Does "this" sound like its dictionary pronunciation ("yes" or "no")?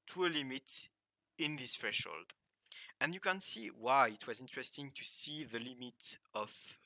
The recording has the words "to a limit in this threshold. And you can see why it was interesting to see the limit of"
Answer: yes